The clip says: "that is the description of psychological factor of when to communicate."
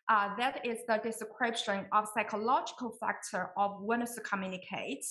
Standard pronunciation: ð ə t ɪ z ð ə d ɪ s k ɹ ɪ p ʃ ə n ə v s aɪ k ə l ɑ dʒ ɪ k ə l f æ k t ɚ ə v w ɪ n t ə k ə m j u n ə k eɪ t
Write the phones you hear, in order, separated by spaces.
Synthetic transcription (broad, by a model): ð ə t ɪ z ð ə d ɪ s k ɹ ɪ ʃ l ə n ə v s aɪ k ə l ɑ dʒ ɪ k ə l f æ k t ɚ ə v w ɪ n s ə k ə m j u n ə k eɪ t